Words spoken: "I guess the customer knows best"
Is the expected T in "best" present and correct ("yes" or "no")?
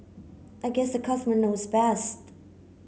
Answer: yes